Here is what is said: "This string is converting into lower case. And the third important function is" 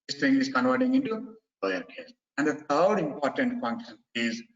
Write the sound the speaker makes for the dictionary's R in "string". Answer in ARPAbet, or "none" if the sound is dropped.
none